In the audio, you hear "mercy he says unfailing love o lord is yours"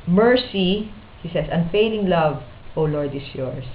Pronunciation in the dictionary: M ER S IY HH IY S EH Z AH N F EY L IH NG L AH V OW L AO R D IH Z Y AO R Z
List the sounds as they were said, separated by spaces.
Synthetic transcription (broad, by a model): M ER S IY HH IY S EH S AH N F EY L IH NG L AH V OW L AO R D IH S Y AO R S